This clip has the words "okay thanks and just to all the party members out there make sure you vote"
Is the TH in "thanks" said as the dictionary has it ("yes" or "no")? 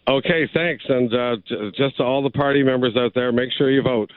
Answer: yes